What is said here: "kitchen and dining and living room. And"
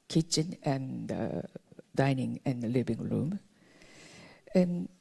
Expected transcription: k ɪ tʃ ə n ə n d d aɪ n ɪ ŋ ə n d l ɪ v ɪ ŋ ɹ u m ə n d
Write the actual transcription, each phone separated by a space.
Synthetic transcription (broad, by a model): k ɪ tʃ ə n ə n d d aɪ n ɪ ŋ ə n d l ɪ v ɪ ŋ ɹ u m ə n